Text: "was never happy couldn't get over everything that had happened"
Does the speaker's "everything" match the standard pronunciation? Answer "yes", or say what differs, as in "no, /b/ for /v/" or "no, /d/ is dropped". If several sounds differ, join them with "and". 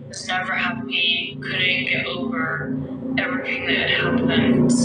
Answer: yes